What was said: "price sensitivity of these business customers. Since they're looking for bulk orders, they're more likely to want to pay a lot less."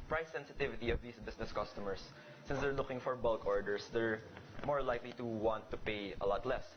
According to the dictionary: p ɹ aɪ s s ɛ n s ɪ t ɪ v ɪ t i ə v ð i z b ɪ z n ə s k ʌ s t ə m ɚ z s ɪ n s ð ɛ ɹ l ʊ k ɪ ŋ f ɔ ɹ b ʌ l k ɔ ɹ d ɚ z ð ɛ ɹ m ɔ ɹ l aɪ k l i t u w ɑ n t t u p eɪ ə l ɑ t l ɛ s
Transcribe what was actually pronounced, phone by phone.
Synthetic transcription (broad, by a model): p ɹ aɪ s s ɛ n s ɪ t ɪ v ɪ t i ə v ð i s b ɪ s n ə s k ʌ s t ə m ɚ s ɪ n s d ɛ ɹ l ʊ k ɪ ŋ f ɔ ɹ b ʌ l k ɔ ɹ d ɚ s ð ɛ ɹ m ɔ ɹ l aɪ k l i t u w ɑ n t t u p eɪ ə l ɑ t l ɛ s